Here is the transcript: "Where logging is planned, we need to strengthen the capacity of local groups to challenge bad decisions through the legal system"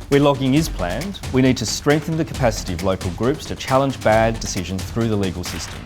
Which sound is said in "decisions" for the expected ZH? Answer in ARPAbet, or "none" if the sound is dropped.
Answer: ZH